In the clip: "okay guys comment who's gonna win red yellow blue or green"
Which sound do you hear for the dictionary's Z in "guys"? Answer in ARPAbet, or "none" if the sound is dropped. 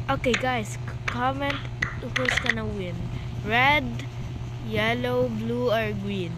S